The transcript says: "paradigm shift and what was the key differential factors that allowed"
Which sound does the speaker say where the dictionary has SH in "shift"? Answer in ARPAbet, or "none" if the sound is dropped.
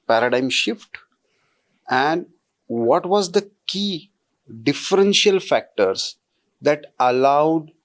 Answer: SH